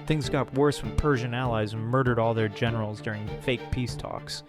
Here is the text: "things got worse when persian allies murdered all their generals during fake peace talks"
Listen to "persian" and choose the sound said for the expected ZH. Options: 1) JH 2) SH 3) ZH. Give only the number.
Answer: 3